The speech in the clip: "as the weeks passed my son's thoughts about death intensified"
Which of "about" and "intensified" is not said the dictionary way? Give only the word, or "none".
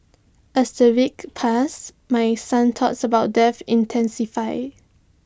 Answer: intensified